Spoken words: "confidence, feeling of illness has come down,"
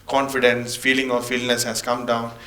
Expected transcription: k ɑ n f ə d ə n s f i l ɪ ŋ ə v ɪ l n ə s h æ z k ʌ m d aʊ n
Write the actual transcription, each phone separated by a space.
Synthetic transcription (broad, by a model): k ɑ n f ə d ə n s f i l ɪ ŋ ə f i l n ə s h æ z k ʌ m d aʊ n